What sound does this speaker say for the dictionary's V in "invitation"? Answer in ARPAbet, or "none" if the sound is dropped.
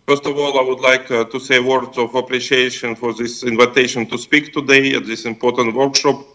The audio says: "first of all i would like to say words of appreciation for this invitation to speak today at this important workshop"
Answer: V